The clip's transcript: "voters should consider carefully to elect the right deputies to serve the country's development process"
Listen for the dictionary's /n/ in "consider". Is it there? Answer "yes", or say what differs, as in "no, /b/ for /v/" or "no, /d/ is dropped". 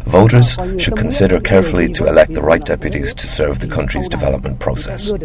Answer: yes